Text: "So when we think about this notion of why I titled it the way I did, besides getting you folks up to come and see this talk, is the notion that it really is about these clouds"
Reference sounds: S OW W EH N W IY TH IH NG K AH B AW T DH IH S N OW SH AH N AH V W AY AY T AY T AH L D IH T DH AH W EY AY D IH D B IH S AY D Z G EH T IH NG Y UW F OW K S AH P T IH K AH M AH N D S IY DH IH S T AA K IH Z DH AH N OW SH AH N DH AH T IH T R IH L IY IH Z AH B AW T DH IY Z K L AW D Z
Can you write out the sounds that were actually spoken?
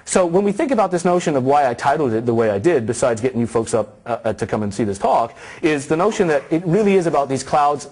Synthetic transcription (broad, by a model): S OW W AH N W IY TH IH NG K AH B AW T DH IH S N OW SH AH N AH V W AY AY T AY T L D IH T DH AH W EY AY D IH D B IH S AY D Z G EH T IH NG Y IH F OW K S AH P T IH K AH M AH N S IY DH IH S T AA K IH Z DH AH N OW SH AH N DH AH T IH T R IH L IY IH Z AH B AW T DH IY Z K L AW D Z